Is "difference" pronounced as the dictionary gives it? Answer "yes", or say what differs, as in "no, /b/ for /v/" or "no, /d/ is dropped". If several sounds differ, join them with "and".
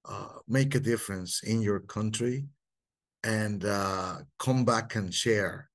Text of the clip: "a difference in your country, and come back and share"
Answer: yes